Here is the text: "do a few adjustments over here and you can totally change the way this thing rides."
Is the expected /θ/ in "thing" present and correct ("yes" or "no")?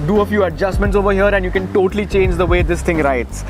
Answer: no